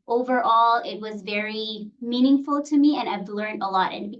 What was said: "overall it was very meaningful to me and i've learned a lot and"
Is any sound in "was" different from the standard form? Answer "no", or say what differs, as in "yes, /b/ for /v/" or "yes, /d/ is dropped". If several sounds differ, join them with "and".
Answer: no